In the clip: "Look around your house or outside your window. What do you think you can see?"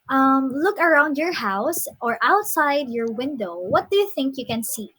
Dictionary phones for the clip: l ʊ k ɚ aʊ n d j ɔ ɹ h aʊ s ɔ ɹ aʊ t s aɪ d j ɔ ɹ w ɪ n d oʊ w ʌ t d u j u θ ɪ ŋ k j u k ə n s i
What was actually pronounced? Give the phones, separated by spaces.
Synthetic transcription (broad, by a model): l ʊ k ɚ aʊ n d j ɔ ɹ h aʊ s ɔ ɹ aʊ t s aɪ d j ɔ ɹ w ɪ n d oʊ w ʌ t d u j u θ ɪ ŋ k j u k ə n s i